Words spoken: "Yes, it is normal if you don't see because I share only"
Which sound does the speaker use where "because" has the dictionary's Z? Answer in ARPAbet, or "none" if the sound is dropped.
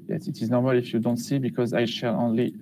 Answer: Z